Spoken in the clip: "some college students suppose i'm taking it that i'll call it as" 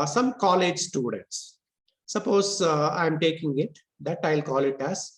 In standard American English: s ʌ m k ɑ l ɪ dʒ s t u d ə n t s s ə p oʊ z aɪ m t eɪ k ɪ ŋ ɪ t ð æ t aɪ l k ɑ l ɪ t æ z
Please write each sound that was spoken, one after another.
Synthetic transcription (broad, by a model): s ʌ m k ɑ l ɪ dʒ s t u d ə n t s s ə p oʊ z aɪ m t eɪ k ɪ ŋ ɪ t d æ t aɪ l k ɑ l ɪ t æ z